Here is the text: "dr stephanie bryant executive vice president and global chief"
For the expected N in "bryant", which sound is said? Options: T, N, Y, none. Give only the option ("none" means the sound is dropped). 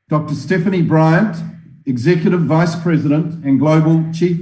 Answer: N